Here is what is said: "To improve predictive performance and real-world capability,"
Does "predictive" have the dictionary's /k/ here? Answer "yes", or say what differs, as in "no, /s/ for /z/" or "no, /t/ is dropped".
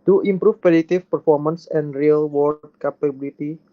no, /k/ is dropped